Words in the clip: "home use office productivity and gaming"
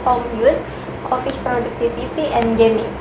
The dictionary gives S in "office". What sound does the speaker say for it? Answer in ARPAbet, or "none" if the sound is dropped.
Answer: SH